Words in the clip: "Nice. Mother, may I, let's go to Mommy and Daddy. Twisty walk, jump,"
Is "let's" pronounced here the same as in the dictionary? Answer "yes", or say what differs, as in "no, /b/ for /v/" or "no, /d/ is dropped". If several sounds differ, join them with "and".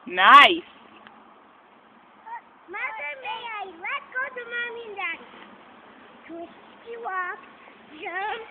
no, /s/ is dropped